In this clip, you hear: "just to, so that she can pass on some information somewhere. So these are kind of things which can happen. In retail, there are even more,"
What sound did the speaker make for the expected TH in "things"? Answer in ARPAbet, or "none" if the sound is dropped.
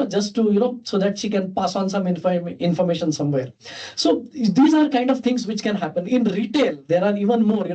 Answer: T